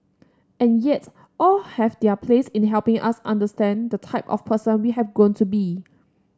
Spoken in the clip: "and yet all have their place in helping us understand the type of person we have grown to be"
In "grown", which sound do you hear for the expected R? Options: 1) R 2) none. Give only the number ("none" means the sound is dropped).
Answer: 2